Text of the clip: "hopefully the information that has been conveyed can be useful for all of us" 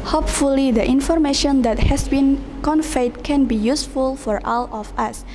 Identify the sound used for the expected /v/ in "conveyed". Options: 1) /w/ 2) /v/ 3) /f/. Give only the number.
3